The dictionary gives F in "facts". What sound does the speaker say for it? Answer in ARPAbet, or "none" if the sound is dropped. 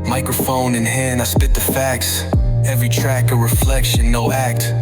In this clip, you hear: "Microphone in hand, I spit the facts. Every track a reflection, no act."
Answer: F